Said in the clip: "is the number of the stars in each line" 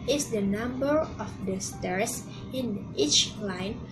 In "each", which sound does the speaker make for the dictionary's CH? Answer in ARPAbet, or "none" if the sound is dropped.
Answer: CH